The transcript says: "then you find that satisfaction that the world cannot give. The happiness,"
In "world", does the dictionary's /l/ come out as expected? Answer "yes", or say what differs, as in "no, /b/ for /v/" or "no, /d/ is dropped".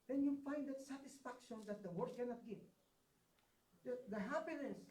no, /l/ is dropped